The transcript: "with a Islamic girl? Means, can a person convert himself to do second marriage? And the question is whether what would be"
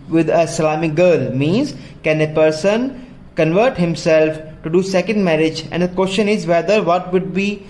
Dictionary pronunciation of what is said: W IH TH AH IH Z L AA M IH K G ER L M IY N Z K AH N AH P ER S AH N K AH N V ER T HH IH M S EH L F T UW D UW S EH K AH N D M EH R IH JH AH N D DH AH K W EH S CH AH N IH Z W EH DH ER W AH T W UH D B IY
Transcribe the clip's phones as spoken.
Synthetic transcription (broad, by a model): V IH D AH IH L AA M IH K G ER L M IY N Z K AH N AH P ER S AH N K AH N V ER T HH IH M S EH L F T UW D UW S EH K AH N D M EH R IH JH AH N D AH K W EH S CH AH N IH Z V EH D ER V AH T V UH D B IY